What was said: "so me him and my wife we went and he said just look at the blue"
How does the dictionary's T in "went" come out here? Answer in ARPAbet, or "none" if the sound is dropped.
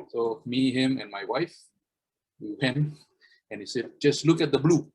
none